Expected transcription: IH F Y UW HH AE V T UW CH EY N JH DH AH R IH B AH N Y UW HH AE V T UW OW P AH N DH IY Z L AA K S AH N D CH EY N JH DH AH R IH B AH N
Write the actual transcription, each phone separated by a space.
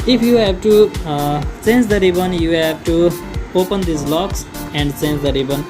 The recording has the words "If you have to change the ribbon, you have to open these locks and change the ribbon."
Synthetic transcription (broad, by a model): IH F Y UW HH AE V T UW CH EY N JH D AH R IH B AH N Y UW HH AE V T UW OW P AH N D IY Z L AA K S AH N D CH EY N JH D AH R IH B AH N